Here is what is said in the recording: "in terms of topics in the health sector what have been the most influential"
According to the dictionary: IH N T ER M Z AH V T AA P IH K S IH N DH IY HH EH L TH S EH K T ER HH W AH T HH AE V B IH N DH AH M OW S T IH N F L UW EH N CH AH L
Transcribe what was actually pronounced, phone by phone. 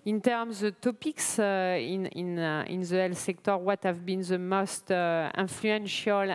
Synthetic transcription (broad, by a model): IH N T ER M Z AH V T AA P IH K S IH N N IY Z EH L S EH K T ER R W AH T HH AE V B IH N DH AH M OW S T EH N F L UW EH N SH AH L